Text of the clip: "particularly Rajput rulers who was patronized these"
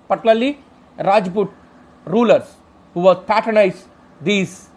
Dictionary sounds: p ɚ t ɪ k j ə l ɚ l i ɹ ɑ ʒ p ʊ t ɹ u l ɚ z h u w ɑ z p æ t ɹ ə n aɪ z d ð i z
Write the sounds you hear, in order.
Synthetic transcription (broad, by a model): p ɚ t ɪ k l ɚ l i ɹ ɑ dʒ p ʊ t ɹ u l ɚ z h u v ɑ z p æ t ə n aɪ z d i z